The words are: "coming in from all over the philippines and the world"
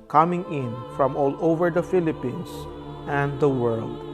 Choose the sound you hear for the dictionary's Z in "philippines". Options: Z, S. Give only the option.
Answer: S